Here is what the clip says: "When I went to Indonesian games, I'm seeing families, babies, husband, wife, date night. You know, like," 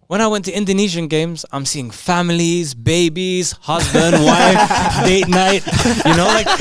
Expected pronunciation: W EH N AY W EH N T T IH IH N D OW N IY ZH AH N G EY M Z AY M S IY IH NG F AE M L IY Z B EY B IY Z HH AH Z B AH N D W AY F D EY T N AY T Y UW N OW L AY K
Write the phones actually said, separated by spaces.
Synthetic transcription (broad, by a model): W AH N AY W EH N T T IH IH N D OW N IY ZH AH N G EY M Z AY M S IY IH NG F AE M L IY Z B EY B IY Z HH AH Z B AH N D W AY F D EY T N AY T Y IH N OW L AY K